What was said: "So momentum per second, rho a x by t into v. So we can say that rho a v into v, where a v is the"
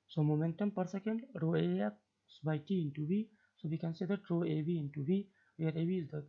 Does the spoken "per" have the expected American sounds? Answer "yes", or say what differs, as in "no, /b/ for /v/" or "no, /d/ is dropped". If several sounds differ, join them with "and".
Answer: yes